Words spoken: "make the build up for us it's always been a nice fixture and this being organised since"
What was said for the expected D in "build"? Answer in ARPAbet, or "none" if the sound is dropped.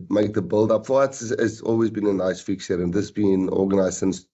D